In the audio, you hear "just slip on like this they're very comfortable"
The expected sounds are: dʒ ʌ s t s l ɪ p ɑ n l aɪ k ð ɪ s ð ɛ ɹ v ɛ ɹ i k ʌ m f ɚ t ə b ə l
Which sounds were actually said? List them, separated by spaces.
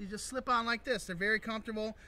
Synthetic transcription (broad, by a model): dʒ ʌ s t s l ɪ p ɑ n l aɪ k ð ɪ s ð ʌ ɹ v ɛ ɹ i k ʌ m f t ə b l